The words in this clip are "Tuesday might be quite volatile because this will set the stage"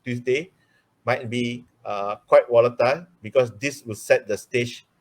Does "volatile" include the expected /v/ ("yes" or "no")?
no